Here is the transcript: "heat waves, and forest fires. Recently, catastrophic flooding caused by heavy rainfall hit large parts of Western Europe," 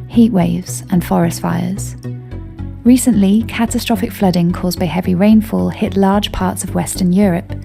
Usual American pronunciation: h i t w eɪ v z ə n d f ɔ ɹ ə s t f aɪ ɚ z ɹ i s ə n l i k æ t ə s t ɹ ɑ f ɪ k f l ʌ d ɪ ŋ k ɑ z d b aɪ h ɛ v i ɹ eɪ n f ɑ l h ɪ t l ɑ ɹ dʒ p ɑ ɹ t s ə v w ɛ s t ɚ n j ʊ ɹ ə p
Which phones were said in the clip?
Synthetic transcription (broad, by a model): h i t w eɪ v z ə n f ɔ ɹ ə s t f aɪ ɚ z ɹ i s ə n l i k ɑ t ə s t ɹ ɑ f ɪ k f l ʌ d ɪ ŋ k ɑ z b aɪ h ɛ v i ɹ eɪ n f ɑ l h ɪ t l ɑ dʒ p ɑ t s ə v w ɛ s t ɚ n j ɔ ɹ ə p